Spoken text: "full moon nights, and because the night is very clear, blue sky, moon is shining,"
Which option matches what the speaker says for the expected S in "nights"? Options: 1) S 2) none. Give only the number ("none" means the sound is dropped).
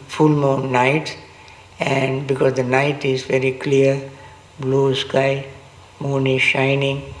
2